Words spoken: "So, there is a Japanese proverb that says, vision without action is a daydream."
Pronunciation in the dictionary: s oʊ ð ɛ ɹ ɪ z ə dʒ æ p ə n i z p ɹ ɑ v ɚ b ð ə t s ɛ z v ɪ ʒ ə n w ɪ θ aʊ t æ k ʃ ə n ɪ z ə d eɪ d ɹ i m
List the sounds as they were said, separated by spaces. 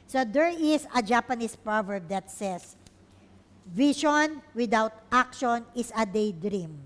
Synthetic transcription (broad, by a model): s oʊ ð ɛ ɹ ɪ s ə dʒ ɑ p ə n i s p ɹ ɑ v ɚ b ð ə t s ɛ s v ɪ ʃ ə n w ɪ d aʊ t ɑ k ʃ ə n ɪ s ə d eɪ d ɹ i m